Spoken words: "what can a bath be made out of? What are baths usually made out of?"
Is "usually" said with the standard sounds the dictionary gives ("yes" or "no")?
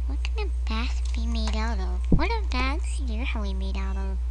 no